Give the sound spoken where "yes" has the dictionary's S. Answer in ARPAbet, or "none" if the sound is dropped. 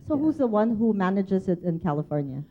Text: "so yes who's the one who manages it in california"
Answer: none